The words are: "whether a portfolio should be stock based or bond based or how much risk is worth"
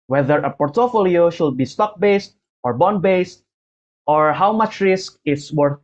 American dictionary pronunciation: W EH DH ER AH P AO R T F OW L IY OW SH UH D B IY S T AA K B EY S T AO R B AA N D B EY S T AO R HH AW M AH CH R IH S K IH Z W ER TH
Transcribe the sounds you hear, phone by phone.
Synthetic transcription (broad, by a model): W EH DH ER AH P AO R T F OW L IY OW SH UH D B IY S T AA K B EY S T AO R B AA N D B EY S T AO R HH AW M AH CH R IH S K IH S W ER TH